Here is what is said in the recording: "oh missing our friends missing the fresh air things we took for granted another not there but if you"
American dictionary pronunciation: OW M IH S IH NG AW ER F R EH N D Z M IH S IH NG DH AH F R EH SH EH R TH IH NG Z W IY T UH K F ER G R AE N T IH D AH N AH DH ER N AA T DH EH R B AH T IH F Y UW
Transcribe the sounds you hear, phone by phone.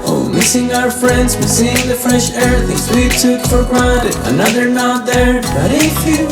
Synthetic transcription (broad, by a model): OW M IH S IH NG AW ER F R EH N D Z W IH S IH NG DH AH F R EH SH EH R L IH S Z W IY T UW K F ER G R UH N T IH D AH N AH DH ER N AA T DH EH R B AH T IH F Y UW